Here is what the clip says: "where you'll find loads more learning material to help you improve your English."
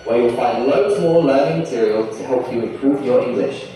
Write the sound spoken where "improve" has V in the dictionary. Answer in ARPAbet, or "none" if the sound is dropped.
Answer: V